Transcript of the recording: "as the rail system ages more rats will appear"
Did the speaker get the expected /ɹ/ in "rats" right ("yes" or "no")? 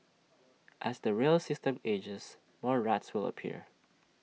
yes